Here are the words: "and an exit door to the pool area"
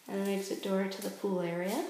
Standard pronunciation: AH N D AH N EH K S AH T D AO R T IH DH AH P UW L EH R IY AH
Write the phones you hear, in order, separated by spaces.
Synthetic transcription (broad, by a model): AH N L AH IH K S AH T D AO R T IH DH AH P UW L EH R IY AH